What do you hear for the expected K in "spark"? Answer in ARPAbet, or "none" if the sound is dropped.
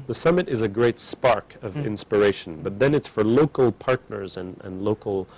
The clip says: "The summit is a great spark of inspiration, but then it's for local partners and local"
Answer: K